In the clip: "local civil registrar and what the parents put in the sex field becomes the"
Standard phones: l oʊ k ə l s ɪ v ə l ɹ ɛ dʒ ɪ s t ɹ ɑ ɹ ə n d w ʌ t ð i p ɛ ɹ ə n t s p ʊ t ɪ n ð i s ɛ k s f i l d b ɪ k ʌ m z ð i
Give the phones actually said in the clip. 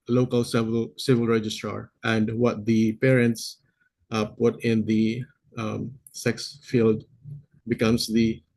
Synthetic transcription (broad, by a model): l oʊ k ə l s ɪ v ə l ɹ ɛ dʒ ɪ s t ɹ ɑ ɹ ə n d w ʌ t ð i p ɛ ɹ ə n t s p ʊ t ɪ n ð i s ɛ k s f i l d b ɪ k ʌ m s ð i